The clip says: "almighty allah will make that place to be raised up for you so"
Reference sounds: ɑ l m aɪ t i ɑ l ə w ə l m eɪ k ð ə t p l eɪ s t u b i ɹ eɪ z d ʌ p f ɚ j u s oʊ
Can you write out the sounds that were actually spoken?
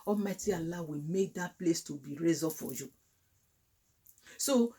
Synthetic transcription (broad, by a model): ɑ m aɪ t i ɑ l ə w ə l m eɪ k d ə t p l eɪ s t u b i ɹ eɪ z ɔ f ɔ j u s oʊ